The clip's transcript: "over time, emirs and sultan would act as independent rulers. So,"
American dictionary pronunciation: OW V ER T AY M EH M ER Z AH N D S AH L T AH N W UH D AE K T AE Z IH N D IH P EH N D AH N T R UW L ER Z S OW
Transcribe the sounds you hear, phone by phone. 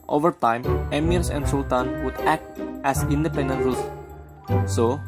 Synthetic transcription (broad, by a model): OW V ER T AY M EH M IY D AH N D S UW L T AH N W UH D AE K T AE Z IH N D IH P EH N D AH N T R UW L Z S OW